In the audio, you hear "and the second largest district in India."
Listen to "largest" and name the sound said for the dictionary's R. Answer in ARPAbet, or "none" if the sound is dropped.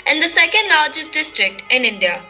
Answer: L